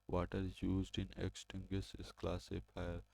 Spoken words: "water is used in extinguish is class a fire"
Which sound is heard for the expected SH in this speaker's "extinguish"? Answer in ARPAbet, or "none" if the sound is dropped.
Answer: S